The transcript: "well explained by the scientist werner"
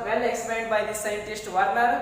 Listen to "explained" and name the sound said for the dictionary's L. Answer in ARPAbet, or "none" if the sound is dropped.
none